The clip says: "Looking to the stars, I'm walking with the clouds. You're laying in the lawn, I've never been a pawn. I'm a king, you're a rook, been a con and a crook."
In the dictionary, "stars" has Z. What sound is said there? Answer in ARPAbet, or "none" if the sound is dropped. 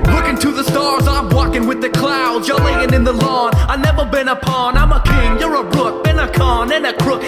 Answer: Z